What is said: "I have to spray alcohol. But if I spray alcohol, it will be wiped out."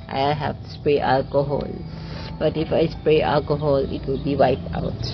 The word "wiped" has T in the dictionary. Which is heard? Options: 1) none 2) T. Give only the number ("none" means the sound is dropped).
1